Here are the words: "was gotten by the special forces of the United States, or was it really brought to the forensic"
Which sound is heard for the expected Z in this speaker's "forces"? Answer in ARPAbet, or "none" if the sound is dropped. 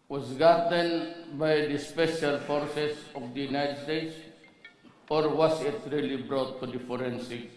S